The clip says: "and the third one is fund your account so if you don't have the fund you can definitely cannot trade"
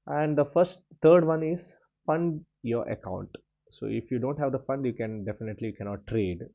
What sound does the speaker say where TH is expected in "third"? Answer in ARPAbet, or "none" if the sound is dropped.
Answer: F